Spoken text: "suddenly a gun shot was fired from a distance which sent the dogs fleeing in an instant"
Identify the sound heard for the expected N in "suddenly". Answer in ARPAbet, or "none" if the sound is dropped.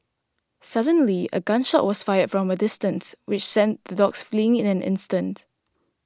N